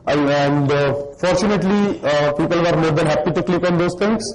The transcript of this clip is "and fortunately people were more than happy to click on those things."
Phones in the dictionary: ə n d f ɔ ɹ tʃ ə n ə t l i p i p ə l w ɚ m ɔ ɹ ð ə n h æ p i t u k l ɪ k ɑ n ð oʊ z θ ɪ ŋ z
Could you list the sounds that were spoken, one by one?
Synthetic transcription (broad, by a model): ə n d f ɔ ɹ tʃ ə n ə t l i p i p ə l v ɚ m ɔ ɹ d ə n h æ p i t u k l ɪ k ɑ n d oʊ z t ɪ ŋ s